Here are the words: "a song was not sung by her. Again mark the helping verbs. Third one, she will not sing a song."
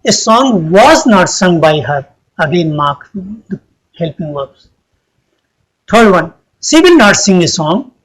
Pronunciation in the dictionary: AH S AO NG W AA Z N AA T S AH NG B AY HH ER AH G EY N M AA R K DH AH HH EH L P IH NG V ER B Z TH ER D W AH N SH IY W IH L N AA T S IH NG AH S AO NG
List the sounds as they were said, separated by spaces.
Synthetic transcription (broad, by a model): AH S AO NG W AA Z N AA T S AH NG B AY HH ER AH G EY N M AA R K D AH HH EH L P IH NG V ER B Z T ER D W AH N S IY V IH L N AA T S IH NG AH S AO NG